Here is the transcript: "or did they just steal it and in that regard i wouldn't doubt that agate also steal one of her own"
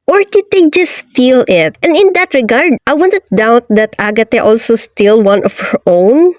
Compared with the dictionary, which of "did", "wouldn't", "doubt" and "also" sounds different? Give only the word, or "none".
wouldn't